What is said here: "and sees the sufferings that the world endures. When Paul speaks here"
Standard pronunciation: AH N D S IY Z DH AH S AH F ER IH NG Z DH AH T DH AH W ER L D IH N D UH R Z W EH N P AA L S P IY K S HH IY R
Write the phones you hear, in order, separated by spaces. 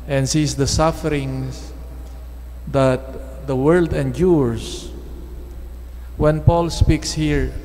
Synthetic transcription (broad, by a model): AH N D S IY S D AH S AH F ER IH NG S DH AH T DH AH W ER L D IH N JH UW R S W EH N P AA L S P IY K S HH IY R